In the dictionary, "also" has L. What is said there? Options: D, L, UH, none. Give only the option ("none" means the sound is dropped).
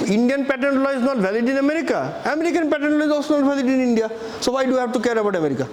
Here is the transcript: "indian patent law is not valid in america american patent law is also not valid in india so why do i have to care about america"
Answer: none